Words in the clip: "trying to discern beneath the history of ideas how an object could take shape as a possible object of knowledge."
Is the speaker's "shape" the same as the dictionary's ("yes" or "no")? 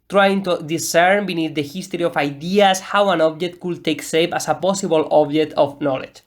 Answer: no